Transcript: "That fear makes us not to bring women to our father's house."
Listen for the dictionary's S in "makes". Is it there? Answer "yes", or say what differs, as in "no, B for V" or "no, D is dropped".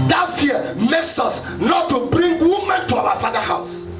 yes